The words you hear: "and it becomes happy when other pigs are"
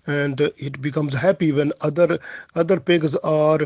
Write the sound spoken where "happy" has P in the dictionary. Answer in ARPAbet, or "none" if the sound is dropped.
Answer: P